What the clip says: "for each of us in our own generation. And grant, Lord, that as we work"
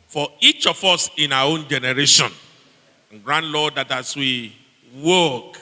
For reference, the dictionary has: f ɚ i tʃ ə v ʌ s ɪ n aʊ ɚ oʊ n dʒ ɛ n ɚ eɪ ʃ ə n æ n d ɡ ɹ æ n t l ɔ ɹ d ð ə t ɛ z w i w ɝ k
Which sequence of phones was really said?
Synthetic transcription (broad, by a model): f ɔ i tʃ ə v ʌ s ɪ n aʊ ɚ oʊ n dʒ ɛ n ɚ eɪ ʃ ə n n ɡ ɹ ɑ n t l ɔ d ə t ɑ s w i w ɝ k